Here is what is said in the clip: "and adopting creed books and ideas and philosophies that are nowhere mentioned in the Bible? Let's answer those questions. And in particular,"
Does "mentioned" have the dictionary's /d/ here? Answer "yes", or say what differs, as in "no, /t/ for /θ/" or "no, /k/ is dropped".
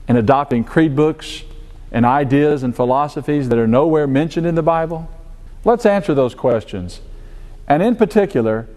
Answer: yes